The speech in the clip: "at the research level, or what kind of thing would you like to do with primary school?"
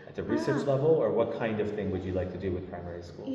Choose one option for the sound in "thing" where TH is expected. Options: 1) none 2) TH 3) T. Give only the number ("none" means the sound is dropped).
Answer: 2